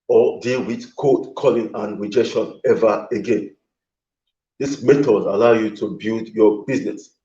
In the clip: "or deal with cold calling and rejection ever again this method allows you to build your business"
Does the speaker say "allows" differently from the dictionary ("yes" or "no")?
yes